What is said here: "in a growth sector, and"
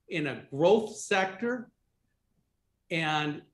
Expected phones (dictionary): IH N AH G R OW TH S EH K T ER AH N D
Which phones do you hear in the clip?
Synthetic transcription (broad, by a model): IH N AH G R OW TH S EH K T ER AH N